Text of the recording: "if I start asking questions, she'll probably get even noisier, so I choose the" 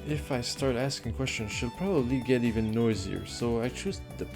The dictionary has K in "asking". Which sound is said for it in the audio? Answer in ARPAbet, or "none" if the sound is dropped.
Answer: K